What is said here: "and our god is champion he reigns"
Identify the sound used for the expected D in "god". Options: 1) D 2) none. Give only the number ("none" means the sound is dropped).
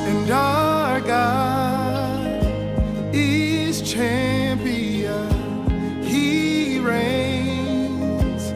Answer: 2